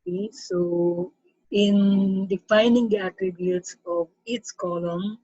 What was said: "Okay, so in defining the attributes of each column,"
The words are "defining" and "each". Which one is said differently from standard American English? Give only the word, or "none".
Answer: each